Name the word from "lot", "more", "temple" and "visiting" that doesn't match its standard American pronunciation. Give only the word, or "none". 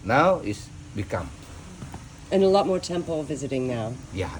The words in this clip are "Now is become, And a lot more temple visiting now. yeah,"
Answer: none